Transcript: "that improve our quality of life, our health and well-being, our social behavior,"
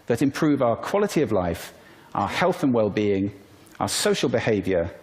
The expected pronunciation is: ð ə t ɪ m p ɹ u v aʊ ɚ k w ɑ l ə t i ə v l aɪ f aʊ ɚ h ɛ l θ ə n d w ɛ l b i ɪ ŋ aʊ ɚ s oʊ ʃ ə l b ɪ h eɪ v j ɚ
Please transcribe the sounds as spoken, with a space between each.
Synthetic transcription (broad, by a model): ð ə t ɪ m p ɹ u v aʊ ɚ k w ɑ l ə t i ə v l aɪ f aʊ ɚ h ɛ l θ ə n w ɛ l b i ɪ ŋ aʊ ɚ s oʊ ʃ ə l b ɪ h eɪ v j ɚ